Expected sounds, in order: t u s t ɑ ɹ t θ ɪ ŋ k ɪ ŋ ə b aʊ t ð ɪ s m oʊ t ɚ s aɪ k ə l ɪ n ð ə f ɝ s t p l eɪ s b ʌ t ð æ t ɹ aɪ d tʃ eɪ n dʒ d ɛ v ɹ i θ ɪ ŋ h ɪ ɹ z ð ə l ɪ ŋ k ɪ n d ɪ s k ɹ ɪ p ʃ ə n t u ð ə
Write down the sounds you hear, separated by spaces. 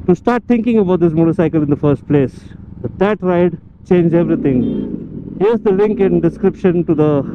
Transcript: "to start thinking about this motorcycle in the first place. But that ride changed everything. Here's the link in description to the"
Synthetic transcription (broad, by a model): t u s t ɑ ɹ t t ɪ ŋ k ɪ ŋ ə b aʊ t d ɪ s m oʊ t ɚ s aɪ k ə l ɪ n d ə f ɝ s t p l eɪ s b ʌ t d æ t ɹ aɪ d tʃ eɪ n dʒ ɛ v ɹ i t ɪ ŋ h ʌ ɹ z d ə l ɪ ŋ k ɪ n d ɪ s k ɹ ɪ p ʃ ə n t u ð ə